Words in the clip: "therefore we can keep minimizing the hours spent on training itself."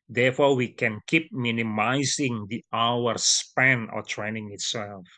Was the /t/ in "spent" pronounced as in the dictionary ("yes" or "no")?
no